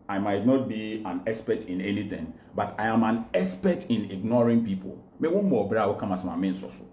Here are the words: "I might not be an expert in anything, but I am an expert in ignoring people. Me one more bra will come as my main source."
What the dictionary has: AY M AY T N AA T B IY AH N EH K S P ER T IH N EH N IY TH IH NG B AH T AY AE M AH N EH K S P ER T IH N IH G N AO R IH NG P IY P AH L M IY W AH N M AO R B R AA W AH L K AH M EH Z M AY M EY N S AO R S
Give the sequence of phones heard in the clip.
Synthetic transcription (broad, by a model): AY M AY T N AA T B IY AH N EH S P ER T IH N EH N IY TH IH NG B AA T AY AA M AH N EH S P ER T IH N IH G N AO R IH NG P IY P AH L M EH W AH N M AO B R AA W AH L K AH M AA S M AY M EY N S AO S